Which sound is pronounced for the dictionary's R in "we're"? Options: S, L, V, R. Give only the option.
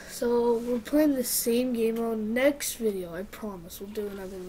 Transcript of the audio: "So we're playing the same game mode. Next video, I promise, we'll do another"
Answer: L